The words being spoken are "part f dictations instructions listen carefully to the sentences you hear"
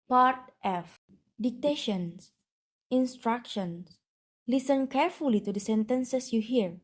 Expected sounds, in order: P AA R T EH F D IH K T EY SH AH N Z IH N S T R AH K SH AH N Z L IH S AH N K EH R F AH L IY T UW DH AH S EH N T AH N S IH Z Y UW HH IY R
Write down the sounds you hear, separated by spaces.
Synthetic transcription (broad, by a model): P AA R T EH F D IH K T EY SH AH N S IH N S T R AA K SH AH N S L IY S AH N K EH R F AH L IY T UW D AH S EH N T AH N S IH S Y UW HH IY R